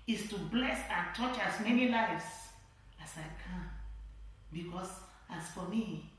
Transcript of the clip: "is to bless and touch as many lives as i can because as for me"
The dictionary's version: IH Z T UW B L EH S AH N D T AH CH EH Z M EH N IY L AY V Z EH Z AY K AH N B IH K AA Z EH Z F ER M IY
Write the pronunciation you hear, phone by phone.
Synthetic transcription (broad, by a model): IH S T UW B L EH S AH N T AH CH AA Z M EH N IY L AY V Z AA S AY K AH N B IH K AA S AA S F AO M IY